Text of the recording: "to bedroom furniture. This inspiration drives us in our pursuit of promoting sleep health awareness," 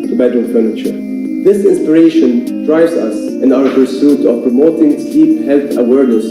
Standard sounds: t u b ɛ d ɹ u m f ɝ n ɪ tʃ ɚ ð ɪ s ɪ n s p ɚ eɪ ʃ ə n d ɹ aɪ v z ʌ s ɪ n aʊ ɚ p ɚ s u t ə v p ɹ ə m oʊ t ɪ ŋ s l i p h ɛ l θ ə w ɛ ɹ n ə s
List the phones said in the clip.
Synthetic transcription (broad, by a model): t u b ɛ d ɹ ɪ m f ɝ n ɪ tʃ ɚ ð ɪ s ɪ n s p ɚ eɪ ʃ ə n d ɹ aɪ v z ʌ s ɪ n aʊ ɚ p ɚ s u t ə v p ɹ ə m oʊ t ɪ ŋ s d i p h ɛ l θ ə w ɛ ɹ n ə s